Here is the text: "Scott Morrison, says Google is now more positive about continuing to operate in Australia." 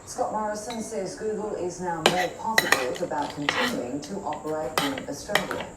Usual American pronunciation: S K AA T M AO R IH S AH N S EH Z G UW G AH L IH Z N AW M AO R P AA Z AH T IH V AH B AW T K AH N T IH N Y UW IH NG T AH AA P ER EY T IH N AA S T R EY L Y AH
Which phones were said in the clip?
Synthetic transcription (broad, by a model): S K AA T M AO R IH S AH N S EH Z G UW G AH L IH Z N AW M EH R P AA S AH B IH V AH B AW T K AH N T IH N Y UW IH NG T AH AA P ER EY T IH N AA S T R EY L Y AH